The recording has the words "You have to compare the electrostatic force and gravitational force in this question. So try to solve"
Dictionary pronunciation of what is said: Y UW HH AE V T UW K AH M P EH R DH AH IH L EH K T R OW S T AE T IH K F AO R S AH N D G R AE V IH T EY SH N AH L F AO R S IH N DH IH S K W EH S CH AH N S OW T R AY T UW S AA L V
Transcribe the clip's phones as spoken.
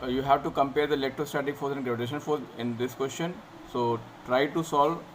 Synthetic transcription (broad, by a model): Y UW HH AE V T UW K AH M P EH R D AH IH L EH K T R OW S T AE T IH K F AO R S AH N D G R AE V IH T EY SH AH N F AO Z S IH N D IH S K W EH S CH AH N S OW T R AY T UW S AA L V